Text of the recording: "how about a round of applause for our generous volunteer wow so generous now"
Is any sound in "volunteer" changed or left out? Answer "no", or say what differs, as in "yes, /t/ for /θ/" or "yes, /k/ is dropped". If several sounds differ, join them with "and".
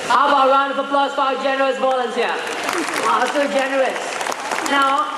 yes, /b/ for /v/ and /s/ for /t/